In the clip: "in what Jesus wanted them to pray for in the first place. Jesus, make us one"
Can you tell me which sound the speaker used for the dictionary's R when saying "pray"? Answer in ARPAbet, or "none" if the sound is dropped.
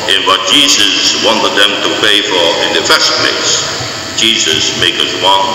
none